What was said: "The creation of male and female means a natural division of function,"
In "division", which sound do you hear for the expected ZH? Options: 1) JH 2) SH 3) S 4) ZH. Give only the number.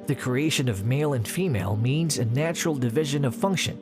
4